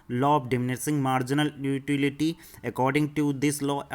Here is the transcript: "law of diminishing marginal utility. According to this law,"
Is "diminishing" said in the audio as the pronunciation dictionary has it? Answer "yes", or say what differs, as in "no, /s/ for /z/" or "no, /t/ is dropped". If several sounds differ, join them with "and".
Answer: no, /s/ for /ʃ/